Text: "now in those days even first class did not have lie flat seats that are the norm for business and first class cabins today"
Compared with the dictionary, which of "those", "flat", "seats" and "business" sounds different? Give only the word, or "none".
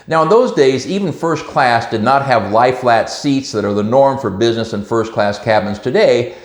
none